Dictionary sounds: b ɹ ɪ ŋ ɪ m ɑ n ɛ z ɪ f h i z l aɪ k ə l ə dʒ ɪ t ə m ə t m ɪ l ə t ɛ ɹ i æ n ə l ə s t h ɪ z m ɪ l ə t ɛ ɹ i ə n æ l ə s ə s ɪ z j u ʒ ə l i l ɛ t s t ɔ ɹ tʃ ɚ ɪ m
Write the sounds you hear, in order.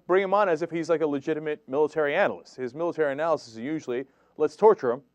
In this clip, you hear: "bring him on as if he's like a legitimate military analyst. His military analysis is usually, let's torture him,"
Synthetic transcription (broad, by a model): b ɹ ɪ ŋ ɪ m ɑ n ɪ z ɪ f h i z l aɪ k ə l ə dʒ ɪ t ə m ə t m ɪ l ə t ɛ ɹ i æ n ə l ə s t h ɪ z m ɪ l ə t ɛ ɹ i ə n æ l ə s ə s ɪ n j u ʒ l i l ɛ t s t ɔ ɹ tʃ ɚ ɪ m